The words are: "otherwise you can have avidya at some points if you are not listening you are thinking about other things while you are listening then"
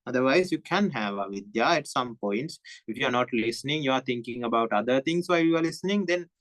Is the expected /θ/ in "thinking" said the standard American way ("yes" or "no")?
no